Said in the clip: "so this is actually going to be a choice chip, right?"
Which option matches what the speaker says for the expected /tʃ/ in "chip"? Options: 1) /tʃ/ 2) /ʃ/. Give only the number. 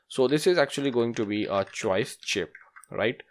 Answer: 1